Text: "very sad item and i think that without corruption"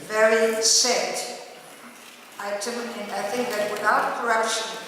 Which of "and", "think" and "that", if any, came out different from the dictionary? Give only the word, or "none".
none